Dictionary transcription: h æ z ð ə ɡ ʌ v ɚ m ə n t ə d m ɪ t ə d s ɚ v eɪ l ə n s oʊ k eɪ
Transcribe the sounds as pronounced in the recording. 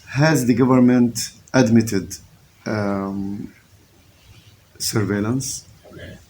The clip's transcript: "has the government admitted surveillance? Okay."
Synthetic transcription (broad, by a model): h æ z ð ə ɡ ʌ v ɚ m ə n t ə d m ɪ t ə d s ɚ v eɪ l ə n s